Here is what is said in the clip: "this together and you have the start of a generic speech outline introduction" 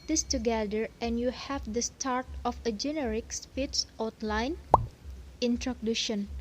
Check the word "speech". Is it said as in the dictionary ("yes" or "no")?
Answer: no